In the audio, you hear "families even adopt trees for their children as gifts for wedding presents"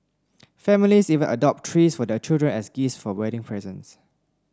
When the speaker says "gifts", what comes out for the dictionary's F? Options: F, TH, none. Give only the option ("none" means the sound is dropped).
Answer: none